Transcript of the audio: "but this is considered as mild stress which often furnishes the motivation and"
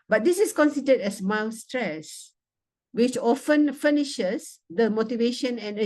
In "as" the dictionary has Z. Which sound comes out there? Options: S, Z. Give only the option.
S